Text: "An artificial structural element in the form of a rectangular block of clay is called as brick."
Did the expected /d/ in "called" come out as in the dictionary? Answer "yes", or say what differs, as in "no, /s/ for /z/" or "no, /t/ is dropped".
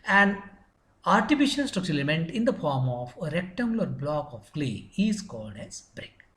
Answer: yes